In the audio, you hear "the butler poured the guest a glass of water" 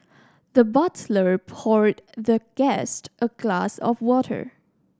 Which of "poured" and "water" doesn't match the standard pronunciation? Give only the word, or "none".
none